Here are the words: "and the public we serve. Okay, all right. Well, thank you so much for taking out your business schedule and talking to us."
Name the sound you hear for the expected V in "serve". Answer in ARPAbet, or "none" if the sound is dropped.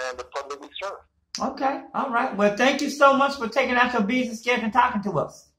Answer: none